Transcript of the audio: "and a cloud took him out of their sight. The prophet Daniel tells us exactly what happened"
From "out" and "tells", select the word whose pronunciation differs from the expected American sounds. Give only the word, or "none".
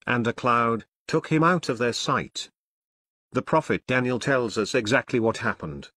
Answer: none